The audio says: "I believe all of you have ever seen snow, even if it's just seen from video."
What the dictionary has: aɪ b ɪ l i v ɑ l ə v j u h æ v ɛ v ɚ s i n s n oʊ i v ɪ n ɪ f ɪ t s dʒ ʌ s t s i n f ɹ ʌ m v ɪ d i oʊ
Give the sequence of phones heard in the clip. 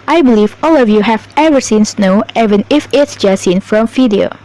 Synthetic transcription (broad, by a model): aɪ b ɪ l i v ɑ l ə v j u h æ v ɛ v ɚ s i n s n oʊ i v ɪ n ɪ f ɪ t s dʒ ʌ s s i n f ɹ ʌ m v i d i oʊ